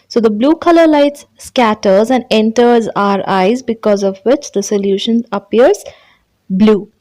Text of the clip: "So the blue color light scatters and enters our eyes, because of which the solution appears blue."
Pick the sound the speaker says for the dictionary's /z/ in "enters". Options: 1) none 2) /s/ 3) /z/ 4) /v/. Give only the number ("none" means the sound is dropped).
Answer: 3